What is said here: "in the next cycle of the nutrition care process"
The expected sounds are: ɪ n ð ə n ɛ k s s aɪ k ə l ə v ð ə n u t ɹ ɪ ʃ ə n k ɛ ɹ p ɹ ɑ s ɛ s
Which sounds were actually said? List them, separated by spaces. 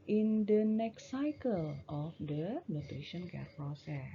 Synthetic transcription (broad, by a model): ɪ n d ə n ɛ k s s aɪ k ə l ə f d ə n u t ɪ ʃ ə n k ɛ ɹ p ɹ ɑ s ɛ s